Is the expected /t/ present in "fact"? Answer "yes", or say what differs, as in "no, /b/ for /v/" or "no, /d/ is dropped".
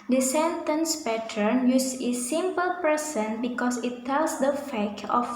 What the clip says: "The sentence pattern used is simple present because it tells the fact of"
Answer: no, /t/ is dropped